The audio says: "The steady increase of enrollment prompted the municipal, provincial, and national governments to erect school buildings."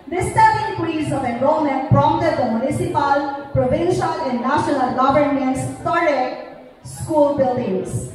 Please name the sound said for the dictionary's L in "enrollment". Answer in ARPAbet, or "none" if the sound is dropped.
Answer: none